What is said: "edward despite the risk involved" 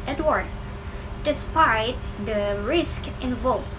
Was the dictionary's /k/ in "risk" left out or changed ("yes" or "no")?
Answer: no